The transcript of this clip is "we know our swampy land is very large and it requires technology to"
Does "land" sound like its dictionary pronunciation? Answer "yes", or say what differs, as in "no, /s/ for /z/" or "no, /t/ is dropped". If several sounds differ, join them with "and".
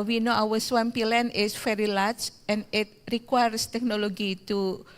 no, /d/ is dropped